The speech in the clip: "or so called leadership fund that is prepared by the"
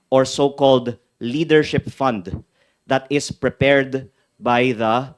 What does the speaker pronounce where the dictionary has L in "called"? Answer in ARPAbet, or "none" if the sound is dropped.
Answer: L